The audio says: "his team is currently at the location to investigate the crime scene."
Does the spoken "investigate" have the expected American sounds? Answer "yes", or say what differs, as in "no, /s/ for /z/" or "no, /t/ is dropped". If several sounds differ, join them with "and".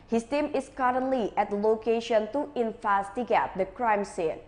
no, /f/ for /v/